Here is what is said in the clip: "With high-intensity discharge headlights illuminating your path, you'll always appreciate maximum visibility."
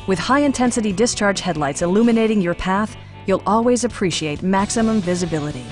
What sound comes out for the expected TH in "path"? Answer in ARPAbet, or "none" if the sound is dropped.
TH